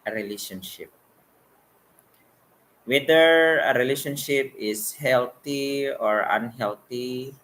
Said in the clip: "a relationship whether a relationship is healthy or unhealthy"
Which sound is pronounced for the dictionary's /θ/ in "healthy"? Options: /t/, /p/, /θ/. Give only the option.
/t/